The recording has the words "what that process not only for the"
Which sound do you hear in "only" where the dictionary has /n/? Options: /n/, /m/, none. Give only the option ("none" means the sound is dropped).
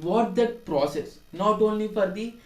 /n/